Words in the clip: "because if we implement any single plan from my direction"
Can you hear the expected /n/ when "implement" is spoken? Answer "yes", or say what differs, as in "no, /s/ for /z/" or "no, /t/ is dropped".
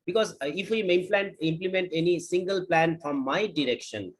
yes